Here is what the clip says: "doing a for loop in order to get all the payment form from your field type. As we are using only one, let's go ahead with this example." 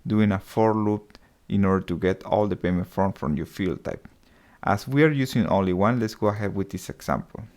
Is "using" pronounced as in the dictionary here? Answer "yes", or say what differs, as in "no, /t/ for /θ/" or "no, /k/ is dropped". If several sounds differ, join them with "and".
no, /s/ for /z/